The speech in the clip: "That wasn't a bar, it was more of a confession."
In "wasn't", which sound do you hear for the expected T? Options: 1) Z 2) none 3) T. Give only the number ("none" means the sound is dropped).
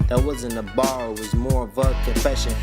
2